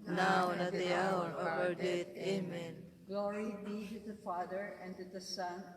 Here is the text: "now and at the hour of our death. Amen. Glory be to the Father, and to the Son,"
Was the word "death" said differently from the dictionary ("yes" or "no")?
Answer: yes